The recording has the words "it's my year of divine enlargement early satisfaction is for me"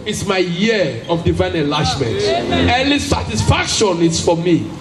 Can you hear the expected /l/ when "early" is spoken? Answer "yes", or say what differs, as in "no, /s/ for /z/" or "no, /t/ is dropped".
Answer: no, /n/ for /l/